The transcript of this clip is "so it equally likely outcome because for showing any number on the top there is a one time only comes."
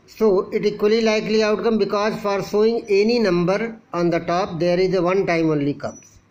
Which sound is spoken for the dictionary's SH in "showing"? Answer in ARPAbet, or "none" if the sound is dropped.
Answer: S